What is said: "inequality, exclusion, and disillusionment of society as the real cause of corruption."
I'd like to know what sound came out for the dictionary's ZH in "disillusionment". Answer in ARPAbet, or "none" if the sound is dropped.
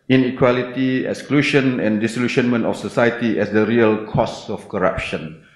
SH